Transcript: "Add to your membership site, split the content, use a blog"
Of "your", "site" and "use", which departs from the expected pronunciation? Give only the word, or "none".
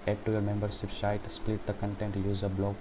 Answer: site